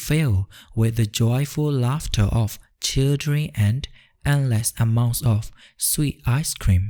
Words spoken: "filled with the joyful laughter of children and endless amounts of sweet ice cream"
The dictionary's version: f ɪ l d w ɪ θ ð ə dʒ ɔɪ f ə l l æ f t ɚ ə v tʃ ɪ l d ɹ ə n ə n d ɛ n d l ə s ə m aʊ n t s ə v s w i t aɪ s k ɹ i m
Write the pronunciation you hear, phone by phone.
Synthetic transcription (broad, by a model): f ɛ l w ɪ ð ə dʒ ɔɪ f ə l l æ f t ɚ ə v tʃ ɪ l d ɹ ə ə n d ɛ n l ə s ə m aʊ n t s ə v s w i t aɪ s k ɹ i m